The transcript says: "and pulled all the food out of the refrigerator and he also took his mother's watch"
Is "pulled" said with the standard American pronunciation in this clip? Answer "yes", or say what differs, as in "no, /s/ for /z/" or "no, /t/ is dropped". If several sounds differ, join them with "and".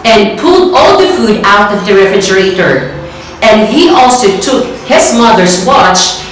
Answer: yes